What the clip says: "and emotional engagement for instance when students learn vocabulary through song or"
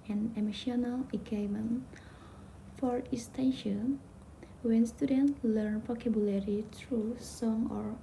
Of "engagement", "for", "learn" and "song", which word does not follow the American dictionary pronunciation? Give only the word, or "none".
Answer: engagement